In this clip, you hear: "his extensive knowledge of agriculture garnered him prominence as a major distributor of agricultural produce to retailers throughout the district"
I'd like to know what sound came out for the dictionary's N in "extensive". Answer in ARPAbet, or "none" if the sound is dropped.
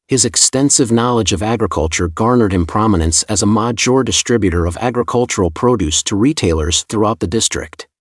N